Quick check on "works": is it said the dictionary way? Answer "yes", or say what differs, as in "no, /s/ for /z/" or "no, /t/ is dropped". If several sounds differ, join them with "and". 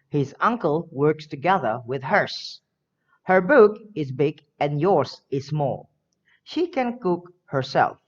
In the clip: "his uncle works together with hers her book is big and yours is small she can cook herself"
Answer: yes